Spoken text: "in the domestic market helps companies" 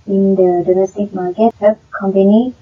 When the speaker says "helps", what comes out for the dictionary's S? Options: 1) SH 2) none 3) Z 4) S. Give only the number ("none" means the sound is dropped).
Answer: 2